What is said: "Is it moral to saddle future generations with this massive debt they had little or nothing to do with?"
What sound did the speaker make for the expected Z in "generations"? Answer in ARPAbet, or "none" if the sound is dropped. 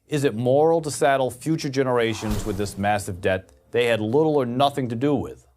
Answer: Z